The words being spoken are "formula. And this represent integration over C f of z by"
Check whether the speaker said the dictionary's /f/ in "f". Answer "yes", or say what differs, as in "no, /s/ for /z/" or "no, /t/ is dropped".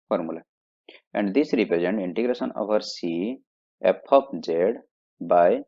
no, /p/ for /f/